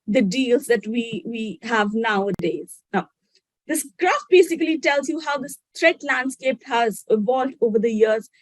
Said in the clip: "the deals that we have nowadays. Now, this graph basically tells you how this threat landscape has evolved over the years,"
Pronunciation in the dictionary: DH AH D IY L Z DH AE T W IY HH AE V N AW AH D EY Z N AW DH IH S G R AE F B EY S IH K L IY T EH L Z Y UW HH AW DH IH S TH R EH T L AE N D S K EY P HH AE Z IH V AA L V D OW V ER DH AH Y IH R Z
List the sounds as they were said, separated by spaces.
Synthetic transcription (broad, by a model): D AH D IY L Z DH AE T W IY HH AE V N AW AH D EY Z N AW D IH S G R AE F B EY S IH K L IY T EH L Z Y UW HH AW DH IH S T R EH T L AE N D S K EY P HH AE Z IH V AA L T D OW V ER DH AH Y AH R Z